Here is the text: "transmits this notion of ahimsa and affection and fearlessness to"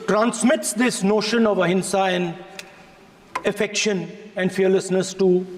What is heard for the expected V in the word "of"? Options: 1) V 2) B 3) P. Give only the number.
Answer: 1